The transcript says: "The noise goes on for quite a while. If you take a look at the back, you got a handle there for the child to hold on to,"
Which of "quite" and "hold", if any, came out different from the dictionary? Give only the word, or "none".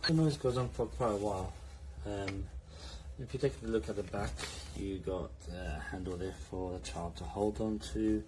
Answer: none